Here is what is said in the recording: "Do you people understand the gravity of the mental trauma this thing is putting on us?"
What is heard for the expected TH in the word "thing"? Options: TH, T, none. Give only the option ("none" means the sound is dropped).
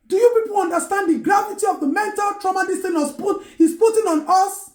T